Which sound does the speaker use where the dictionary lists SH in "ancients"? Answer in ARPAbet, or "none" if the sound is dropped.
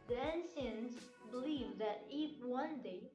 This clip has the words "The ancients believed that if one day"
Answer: S